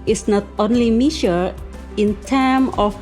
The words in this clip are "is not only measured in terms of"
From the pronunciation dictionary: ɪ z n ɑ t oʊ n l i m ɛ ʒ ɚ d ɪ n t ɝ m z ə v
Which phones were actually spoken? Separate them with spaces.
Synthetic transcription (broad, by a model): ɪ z n ɑ t oʊ n l i m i ʃ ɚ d ɪ n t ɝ m ə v